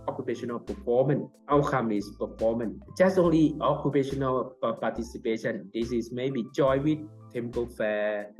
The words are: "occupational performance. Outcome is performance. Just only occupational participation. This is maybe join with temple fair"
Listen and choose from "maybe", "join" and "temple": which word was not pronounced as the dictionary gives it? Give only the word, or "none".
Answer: join